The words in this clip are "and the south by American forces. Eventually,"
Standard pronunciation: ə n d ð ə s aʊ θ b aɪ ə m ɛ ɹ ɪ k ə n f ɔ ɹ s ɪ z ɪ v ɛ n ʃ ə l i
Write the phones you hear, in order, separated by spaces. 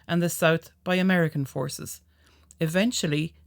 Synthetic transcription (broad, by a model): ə n ð ə s aʊ θ b aɪ ə m ɛ ɹ ɪ k ə n f ɔ ɹ s ɪ z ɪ v ɛ n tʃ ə l i